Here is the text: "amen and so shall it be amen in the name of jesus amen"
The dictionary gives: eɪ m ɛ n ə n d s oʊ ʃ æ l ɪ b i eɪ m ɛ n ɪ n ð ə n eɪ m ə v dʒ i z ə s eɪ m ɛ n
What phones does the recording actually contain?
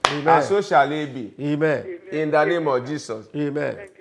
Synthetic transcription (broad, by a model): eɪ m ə s oʊ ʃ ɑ l ɪ b i eɪ m ɛ n ɪ n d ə n eɪ m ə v dʒ i s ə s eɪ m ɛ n